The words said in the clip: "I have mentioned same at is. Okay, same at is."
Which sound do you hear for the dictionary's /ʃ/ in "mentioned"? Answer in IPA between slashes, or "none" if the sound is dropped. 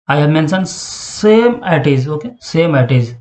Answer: /s/